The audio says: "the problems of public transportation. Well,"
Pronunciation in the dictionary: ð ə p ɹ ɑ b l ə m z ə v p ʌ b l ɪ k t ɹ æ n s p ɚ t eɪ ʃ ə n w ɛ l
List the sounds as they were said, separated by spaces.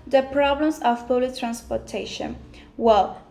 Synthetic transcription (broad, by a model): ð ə p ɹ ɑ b l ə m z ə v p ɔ l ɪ t ɹ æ n s p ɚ t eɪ ʃ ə n w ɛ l